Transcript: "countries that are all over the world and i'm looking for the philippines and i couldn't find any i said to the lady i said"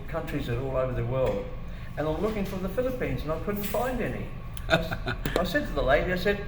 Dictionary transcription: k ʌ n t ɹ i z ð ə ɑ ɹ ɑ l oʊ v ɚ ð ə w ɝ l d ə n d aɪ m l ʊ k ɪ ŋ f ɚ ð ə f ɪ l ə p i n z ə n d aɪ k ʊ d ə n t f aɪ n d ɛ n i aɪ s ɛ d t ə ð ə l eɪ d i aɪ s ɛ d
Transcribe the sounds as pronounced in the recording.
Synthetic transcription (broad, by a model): k ʌ n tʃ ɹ i z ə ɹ ɑ l oʊ v ɚ ð ə w ɝ l d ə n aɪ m l ʊ k ɪ ŋ f ɚ ð ə f ɪ l ə p i n z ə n aɪ k ʊ d n t f aɪ n d ɛ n i aɪ s ɛ d t ə ð ə l eɪ d i aɪ s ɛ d